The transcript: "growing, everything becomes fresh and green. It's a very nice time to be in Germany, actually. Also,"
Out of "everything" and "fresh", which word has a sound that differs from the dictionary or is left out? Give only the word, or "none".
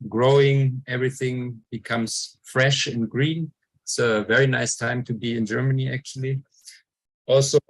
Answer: none